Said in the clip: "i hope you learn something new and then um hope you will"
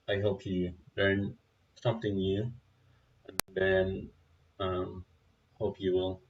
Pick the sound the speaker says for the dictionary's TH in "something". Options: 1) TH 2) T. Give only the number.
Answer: 2